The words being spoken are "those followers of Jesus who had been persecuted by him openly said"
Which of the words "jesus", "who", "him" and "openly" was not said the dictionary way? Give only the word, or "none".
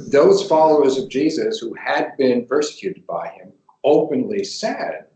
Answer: none